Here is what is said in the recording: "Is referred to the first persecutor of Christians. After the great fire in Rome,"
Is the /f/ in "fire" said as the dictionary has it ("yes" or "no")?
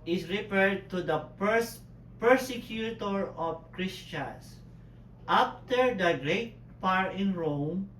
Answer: no